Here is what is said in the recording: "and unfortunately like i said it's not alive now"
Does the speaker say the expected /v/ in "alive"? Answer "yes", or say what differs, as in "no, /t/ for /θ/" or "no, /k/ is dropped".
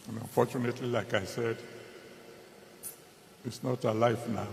no, /f/ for /v/